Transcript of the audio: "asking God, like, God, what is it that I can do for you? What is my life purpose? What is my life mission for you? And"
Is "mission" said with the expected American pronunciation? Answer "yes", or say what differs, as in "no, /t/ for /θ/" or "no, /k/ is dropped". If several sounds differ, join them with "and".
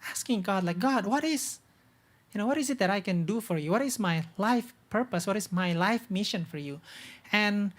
yes